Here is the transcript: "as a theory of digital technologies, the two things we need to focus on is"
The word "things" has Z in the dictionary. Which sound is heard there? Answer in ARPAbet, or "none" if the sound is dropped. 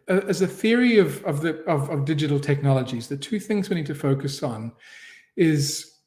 Z